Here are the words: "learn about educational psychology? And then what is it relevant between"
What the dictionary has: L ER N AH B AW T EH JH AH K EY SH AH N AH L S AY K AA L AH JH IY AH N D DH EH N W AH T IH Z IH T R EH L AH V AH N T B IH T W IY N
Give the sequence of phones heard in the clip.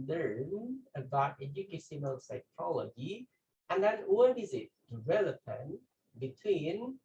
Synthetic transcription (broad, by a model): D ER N AH B AW T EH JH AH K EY S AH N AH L S AY K AA L AH JH IY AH N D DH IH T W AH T IH Z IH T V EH L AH P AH N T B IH T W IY N